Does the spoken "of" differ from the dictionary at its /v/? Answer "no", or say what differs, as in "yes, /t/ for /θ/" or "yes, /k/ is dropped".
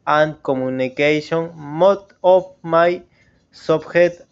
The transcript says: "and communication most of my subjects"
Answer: yes, /p/ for /v/